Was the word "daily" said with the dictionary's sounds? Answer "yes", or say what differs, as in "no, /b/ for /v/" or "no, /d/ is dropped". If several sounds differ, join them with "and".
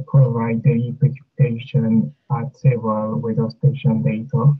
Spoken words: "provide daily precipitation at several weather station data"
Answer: no, /l/ is dropped